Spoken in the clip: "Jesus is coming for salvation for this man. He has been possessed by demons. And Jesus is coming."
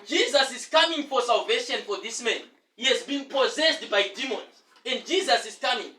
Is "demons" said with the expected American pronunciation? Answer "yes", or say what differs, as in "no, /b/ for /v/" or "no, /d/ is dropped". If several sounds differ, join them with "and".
yes